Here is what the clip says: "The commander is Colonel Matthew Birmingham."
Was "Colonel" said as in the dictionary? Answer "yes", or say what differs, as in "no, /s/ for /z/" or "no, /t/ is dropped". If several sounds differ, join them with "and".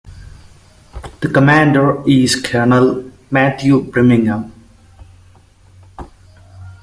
yes